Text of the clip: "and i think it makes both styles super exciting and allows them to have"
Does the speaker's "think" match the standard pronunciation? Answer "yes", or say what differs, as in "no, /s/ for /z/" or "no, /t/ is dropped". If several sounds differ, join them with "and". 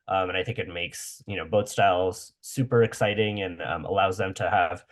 yes